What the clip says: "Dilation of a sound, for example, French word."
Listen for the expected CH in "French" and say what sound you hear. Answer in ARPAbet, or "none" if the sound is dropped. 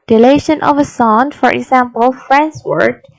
S